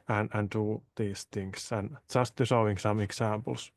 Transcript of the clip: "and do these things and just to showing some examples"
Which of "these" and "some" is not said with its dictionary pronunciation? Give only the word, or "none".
these